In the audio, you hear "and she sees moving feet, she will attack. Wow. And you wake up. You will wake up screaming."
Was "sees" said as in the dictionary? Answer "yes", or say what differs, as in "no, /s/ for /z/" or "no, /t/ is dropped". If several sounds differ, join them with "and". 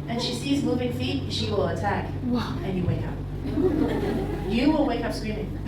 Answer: yes